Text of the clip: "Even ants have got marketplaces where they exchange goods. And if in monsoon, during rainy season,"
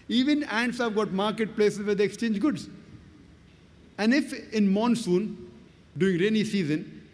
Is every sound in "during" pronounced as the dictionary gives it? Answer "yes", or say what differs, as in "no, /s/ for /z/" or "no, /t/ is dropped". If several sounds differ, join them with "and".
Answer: no, /ɹ/ is dropped